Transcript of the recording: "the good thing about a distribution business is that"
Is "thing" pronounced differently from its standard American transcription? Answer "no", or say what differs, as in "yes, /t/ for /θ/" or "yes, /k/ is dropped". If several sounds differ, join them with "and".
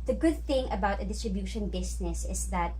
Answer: no